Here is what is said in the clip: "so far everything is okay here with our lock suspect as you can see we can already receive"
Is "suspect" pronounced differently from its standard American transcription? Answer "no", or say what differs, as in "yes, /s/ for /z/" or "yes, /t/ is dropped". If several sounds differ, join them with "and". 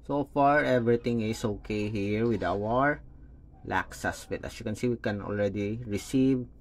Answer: yes, /k/ is dropped